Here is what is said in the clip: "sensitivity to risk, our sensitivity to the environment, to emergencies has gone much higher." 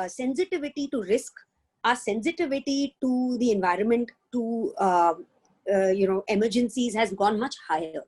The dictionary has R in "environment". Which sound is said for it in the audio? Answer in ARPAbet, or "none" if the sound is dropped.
R